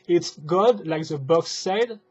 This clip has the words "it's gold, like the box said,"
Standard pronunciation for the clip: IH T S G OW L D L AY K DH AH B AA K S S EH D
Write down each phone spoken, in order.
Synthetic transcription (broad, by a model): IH T S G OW D L AY K DH AH B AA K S S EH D